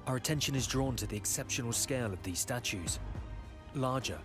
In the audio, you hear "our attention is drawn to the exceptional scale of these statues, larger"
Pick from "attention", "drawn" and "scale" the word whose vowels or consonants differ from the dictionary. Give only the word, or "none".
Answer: none